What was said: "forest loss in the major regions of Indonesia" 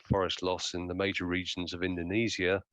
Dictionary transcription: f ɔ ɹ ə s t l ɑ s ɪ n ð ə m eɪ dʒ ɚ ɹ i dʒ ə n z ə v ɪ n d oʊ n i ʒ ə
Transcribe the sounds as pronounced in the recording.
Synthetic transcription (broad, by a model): f ɔ ɹ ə s t l ɑ s ɪ n ð ə m eɪ dʒ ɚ ɹ i dʒ ə n z ə v ɪ n d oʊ n i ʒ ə